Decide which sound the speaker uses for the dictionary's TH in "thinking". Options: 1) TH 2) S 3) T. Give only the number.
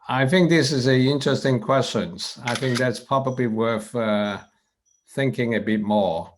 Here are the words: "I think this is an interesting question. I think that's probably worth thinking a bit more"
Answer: 1